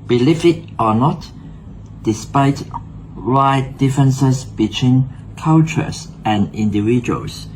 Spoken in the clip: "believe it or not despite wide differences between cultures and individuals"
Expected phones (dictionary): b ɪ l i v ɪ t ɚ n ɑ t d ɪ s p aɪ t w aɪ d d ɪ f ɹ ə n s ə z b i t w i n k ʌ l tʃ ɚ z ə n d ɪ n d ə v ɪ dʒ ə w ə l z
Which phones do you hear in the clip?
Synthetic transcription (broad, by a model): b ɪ l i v ɪ t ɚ n ɑ t d ɪ s p aɪ t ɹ aɪ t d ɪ f ɹ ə n s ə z b i t w i n k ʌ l tʃ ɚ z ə n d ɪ n d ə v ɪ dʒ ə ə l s